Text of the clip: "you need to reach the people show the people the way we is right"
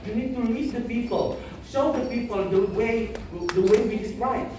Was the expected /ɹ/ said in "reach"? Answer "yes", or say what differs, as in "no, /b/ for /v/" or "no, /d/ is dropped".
no, /l/ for /ɹ/